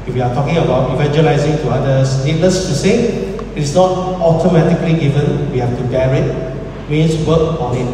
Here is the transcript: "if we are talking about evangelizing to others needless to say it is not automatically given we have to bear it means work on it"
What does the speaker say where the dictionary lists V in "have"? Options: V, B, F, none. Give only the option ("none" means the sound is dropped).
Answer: F